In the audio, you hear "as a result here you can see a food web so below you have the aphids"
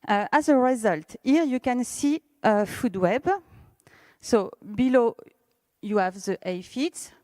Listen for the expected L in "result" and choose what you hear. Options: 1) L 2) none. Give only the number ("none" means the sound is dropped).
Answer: 1